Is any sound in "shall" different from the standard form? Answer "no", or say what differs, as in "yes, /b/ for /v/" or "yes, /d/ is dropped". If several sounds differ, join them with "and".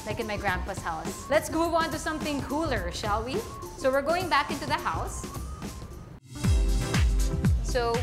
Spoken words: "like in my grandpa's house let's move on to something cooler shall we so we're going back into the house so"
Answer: no